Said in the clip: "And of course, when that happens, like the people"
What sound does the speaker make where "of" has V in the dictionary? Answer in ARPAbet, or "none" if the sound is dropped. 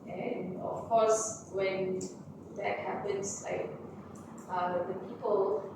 F